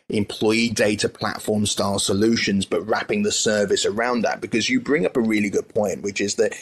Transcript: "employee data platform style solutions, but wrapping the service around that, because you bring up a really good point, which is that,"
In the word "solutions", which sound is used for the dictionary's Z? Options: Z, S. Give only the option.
Z